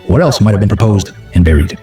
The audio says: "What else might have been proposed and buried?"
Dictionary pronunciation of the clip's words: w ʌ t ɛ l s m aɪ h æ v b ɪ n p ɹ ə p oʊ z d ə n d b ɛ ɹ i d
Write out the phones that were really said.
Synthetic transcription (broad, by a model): w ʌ t ɛ l s m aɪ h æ v b ɪ n p ɹ ə p oʊ z d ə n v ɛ ɹ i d